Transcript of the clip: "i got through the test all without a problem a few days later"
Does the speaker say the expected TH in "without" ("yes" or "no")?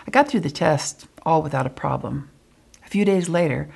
yes